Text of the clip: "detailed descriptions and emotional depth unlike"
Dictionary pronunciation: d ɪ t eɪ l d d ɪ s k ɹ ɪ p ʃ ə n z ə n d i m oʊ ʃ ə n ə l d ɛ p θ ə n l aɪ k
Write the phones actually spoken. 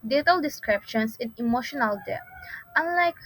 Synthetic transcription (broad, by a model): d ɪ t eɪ l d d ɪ s k ɹ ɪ p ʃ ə n s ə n i m oʊ ʃ ə n ə l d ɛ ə n l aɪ k